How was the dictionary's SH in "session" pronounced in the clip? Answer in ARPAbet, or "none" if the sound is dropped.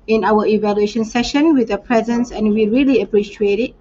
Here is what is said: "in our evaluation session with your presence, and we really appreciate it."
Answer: SH